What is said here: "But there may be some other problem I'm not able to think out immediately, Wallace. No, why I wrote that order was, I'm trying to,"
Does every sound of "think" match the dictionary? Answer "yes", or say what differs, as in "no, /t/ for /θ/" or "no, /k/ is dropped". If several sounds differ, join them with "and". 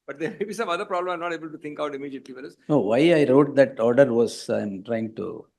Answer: no, /t/ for /θ/